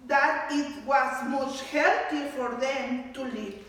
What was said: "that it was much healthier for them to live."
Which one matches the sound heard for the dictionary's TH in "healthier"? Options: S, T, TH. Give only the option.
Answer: T